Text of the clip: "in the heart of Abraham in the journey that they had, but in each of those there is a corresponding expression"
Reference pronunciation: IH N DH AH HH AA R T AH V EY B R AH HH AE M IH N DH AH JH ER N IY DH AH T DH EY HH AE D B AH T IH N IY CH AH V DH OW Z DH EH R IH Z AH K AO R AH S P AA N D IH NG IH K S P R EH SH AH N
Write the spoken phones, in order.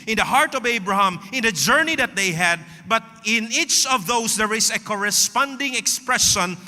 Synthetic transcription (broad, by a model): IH N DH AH HH AA R T AH V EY B R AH HH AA M IH N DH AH JH ER N IY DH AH T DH EY HH AE D B AH T IH N IY CH AH V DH OW S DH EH R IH S AH K AO R AH S P AA N D IH NG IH K S P R EH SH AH N